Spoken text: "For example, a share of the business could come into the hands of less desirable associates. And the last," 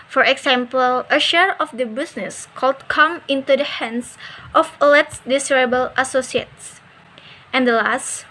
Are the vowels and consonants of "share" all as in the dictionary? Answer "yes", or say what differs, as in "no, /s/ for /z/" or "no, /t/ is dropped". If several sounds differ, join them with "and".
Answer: yes